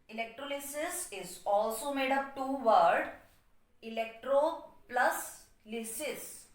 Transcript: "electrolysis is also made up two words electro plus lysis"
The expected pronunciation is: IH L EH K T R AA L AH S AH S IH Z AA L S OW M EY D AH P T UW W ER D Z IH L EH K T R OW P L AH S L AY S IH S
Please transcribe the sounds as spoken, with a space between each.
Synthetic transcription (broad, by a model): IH L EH K T R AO L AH S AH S IH Z AA L S OW M EY D AH P T UW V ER D IH L EH K T R OW P L AH S L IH S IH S